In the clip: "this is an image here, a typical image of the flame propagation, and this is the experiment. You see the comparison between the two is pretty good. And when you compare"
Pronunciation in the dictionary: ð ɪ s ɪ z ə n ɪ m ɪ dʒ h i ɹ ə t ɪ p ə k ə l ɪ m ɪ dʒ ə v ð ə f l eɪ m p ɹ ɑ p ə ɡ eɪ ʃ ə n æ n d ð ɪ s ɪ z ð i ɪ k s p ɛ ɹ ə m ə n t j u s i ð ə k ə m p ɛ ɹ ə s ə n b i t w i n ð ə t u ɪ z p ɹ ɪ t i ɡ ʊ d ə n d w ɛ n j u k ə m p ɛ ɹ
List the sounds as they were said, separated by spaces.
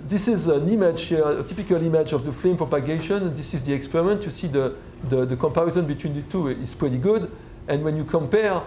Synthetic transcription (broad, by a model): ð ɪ s ɪ z ə n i m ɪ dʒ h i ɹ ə t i p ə k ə l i m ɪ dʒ ə v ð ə f l eɪ m p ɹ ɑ p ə ɡ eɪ ʃ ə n n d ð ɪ s ɪ z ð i ɪ k s p ɛ ɹ ə m ə n t j u s i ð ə k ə m p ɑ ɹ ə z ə n b i t w i n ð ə t u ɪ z p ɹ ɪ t i ɡ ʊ d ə n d w ɛ n j u k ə m p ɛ ɹ